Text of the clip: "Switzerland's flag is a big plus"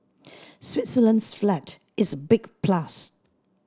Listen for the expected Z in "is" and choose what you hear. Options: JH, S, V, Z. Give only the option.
Z